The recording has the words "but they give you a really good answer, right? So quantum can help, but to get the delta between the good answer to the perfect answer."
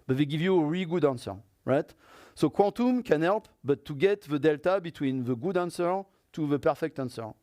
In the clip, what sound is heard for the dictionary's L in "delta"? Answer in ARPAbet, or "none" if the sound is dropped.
L